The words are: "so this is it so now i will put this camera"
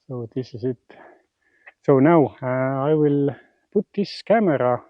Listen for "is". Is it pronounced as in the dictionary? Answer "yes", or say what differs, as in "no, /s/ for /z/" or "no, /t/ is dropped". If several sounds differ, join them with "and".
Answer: no, /s/ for /z/